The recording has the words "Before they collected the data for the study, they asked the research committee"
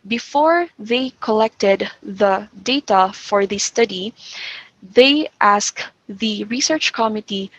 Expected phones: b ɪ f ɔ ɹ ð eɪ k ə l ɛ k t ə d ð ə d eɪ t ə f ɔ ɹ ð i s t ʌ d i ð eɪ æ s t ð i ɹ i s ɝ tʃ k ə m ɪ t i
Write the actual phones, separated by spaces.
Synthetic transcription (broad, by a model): b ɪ f ɔ ɹ ð eɪ k ə l ɛ k t ə d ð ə d eɪ t ə f ɔ ɹ ð i s t ʌ d i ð eɪ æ s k ð i ɹ i s ɝ tʃ k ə m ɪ t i